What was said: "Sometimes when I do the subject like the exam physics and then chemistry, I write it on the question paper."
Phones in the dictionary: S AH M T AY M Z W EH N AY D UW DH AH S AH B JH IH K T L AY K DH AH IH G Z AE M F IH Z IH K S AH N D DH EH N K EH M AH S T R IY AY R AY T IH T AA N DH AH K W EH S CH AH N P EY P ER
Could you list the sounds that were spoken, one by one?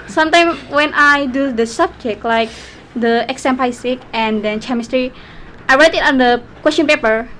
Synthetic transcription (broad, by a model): S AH M T AY M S W EH N AY D UW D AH S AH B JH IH K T L AY K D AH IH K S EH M P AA S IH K AH N D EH N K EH M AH S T R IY AY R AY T IH T AA N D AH K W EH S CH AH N P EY P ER